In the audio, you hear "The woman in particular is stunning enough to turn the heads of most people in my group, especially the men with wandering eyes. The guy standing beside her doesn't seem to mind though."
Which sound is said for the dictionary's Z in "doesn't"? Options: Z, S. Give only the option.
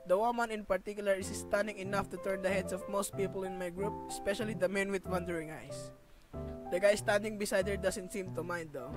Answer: S